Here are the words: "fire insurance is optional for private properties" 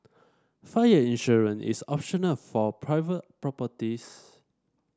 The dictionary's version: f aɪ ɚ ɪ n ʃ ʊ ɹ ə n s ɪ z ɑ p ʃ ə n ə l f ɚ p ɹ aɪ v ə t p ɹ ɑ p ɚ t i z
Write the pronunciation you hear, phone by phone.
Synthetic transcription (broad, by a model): f aɪ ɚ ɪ n ʃ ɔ ɹ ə n ɪ s ɑ p ʃ ə n ə l f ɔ p ɹ aɪ v ə t p ɹ ɑ p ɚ t i s